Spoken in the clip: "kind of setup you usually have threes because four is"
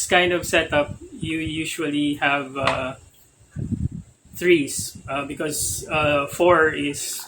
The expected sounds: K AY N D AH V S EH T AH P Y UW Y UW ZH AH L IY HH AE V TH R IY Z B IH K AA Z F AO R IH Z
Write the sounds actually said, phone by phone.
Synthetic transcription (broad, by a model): K AY N D AH V S EH T AH P Y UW Y UW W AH L IY HH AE V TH R IY S B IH K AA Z F AO R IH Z